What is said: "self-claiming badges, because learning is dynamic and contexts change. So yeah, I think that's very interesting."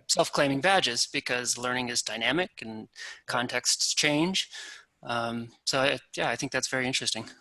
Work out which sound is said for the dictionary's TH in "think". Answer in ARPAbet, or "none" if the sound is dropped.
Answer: TH